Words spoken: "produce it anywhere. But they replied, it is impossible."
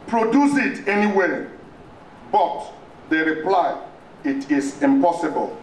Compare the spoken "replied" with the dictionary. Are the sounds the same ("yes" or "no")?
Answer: no